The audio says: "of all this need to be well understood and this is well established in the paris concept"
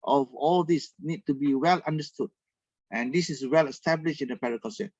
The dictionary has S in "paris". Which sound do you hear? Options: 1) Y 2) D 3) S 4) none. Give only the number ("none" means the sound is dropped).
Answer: 4